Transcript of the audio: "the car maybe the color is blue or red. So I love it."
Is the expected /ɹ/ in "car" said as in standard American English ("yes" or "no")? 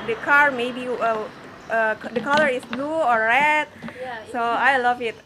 yes